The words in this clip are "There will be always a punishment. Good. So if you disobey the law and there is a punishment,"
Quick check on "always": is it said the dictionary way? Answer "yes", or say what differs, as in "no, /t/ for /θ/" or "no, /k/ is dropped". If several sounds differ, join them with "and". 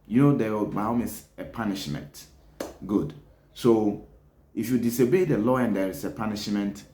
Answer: no, /s/ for /z/